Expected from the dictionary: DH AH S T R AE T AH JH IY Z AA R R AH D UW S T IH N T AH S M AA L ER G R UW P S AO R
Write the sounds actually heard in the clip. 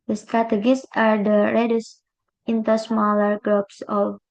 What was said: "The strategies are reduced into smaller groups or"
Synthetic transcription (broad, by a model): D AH S T R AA T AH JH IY S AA R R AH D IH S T IH N T AH S M AA L ER G R UW P S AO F